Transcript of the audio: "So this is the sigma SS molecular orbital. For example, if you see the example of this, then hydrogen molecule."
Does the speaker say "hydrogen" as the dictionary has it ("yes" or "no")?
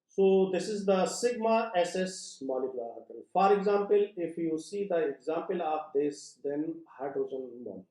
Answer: no